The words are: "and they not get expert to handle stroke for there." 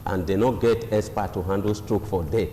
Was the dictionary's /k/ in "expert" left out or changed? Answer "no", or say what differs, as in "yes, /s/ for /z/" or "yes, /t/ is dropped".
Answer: yes, /k/ is dropped